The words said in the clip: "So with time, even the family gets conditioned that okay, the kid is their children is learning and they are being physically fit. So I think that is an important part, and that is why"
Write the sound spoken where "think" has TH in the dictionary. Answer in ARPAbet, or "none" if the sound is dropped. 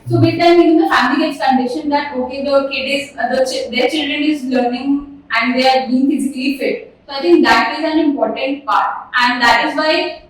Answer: T